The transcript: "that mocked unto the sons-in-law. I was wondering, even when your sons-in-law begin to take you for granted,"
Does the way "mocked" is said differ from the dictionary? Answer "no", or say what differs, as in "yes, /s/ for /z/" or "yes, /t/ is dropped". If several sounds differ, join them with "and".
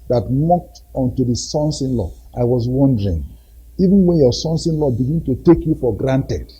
no